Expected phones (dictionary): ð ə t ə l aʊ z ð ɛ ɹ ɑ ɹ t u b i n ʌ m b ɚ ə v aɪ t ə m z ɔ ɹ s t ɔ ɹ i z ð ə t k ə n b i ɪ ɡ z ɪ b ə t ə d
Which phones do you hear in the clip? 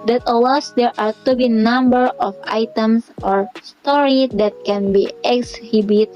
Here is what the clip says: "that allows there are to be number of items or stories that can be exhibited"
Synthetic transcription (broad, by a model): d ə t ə w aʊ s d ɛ ɹ ɑ ɹ t u b i n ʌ m b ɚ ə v aɪ t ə m s ɔ ɹ s t ɔ ɹ i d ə t k ə n b i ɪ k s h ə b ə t